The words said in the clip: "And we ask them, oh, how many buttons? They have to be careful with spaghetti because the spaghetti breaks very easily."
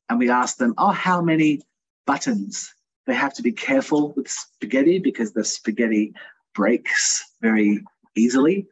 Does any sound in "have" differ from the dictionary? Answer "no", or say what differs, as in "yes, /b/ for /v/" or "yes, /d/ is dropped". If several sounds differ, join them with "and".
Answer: yes, /f/ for /v/